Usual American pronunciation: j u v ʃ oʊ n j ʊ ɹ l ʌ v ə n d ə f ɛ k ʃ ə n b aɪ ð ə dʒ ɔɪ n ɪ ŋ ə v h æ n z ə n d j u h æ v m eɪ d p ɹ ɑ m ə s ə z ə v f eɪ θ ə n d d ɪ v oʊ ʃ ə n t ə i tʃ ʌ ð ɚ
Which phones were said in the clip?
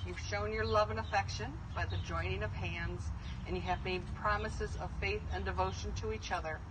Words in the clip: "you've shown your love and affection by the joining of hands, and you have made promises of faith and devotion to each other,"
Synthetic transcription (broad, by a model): j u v ʃ oʊ n j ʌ ɹ l ʌ v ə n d ə f ɛ k ʃ ə n b aɪ ð ə dʒ ɔɪ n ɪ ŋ ə v h æ n z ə n j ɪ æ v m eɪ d p ɹ ɑ m ə s ə z ə v f eɪ θ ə n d d ɪ v oʊ ʃ ə n t ə i tʃ ʌ ð ɚ